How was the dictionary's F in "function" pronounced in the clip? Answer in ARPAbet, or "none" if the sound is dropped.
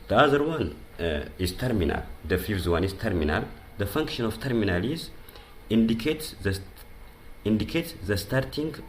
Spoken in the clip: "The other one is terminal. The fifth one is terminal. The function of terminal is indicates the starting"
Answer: F